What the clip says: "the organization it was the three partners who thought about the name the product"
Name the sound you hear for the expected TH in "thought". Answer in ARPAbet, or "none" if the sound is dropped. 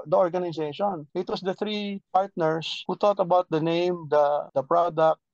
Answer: T